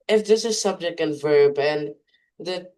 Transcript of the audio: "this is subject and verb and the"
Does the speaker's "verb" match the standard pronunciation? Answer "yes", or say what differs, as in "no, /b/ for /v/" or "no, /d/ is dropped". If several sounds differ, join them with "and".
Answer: yes